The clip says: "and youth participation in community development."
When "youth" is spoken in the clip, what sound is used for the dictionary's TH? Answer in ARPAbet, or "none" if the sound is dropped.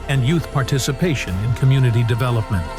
TH